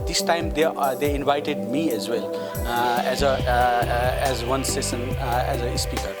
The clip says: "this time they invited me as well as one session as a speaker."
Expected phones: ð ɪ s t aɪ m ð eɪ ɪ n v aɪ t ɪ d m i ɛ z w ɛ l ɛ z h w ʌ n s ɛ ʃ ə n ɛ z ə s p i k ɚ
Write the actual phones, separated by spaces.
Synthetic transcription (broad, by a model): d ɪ s t aɪ m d eɪ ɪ n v aɪ t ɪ d m i ɛ z w ɛ l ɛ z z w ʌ n s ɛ s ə n ɛ z ə s p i k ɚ